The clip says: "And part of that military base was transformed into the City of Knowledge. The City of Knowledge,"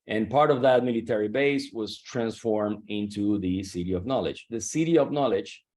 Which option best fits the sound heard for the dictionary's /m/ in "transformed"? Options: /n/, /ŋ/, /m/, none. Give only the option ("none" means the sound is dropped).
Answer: /m/